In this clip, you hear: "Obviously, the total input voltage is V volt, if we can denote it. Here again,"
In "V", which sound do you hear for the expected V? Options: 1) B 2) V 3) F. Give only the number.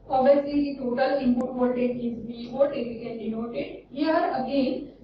1